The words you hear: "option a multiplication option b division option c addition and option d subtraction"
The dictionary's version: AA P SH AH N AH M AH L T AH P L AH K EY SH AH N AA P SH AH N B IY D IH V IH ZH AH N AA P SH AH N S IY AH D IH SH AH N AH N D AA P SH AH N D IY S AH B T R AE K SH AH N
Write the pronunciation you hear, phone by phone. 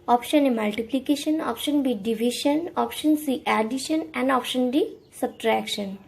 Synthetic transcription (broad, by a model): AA P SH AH N AH M AH L T AH P L AH K EY SH AH N AA P SH AH N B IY D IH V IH SH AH N AA P SH AH N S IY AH D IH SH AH N AH N D AA P SH AH N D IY S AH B T R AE K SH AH N